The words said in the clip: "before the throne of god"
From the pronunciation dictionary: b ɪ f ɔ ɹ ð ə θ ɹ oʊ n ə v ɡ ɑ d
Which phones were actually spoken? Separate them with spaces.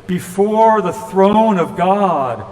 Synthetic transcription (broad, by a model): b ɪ f ɔ ɹ ð ə θ ɹ oʊ n ə v ɡ ɑ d